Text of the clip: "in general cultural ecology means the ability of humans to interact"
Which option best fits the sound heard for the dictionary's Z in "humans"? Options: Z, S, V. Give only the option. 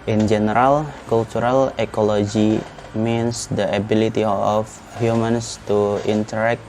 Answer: S